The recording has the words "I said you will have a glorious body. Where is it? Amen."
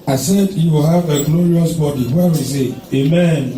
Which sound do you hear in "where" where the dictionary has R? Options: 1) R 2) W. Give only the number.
2